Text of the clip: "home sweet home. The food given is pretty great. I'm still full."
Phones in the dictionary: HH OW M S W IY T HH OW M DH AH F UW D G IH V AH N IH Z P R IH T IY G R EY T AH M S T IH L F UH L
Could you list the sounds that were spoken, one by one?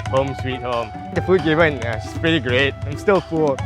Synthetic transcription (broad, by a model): HH OW M S W IY T HH OW M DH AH F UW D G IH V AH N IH S P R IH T IY G R EY T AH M S T IH L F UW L